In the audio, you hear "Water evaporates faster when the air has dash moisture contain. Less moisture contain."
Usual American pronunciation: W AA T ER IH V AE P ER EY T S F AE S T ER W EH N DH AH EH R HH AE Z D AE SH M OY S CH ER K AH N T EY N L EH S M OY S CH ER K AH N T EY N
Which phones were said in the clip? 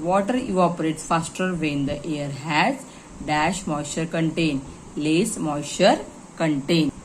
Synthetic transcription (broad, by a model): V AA T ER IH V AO P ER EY T S F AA S T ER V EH N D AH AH R HH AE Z D AE SH M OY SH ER K AH N T EY N L EH S M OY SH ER K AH N T EY N